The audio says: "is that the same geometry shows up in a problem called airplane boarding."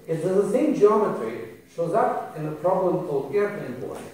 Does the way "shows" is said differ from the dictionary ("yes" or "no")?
no